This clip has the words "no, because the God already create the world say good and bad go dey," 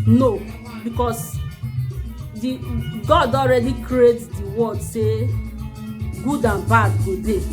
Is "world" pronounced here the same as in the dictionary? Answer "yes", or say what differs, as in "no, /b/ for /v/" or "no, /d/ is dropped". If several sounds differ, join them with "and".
no, /l/ is dropped